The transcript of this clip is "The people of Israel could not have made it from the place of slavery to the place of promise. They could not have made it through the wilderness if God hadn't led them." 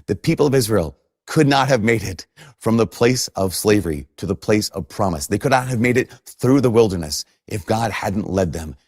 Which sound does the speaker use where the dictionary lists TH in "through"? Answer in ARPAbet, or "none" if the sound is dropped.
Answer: TH